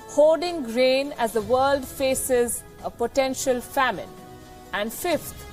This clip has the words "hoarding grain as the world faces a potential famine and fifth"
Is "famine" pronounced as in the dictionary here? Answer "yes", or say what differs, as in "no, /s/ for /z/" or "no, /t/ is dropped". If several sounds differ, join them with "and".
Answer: yes